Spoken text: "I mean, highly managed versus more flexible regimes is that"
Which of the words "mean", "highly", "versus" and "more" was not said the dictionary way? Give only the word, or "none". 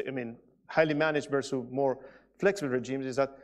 versus